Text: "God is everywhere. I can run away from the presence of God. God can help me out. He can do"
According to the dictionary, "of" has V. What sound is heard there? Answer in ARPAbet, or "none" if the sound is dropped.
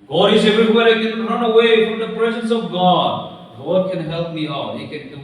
V